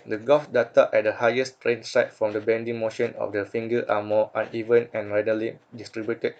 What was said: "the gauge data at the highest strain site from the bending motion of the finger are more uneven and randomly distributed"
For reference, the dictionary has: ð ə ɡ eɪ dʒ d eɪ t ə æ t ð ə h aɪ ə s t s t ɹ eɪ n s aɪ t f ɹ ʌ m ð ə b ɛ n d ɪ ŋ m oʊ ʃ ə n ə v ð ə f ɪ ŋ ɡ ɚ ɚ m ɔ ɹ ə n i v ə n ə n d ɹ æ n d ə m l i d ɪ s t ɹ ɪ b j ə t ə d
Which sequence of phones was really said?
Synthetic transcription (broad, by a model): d ə ɡ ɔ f d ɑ t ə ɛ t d ə h aɪ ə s s t ɹ eɪ n s aɪ t f ɹ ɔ m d ə b ɛ n d ɪ ŋ m oʊ ʃ ə n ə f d ə f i ŋ ɡ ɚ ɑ m ɔ ə n i v ə n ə n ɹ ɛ d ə l i d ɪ s t ɹ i b j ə t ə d